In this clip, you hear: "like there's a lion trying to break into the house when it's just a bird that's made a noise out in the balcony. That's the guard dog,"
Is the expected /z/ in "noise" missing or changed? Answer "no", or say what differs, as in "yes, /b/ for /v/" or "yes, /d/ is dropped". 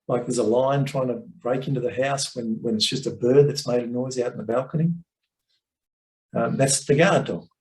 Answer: no